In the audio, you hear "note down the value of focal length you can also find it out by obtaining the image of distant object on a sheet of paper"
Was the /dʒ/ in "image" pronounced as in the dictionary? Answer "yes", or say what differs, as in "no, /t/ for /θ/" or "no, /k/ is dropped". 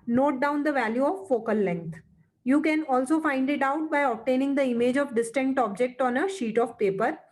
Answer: yes